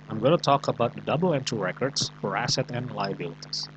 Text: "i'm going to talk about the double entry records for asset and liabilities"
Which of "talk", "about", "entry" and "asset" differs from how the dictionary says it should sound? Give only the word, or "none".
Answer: entry